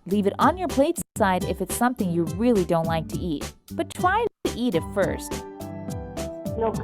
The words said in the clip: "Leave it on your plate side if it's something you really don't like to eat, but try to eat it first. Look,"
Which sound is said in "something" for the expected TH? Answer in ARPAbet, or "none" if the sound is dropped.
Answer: TH